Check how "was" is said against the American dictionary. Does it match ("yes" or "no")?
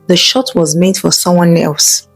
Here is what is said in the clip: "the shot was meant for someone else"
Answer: yes